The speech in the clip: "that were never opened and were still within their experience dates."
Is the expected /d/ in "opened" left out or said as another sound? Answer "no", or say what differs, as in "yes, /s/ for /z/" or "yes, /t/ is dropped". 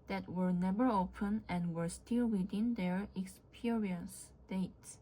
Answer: yes, /d/ is dropped